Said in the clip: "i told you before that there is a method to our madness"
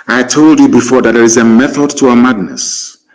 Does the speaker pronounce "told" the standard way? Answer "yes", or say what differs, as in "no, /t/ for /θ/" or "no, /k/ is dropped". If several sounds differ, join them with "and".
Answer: yes